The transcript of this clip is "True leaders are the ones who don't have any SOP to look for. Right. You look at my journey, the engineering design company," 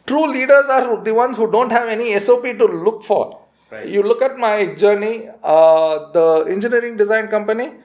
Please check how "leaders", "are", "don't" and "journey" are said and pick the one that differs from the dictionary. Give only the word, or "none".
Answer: none